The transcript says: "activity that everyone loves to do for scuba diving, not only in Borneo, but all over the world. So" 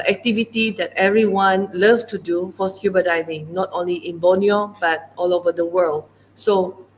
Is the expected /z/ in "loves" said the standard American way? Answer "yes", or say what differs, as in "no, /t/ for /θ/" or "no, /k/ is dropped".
no, /z/ is dropped